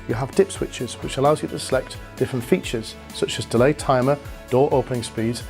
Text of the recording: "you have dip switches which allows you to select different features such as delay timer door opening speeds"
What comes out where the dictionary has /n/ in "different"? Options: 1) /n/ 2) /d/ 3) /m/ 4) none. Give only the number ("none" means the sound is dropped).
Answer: 1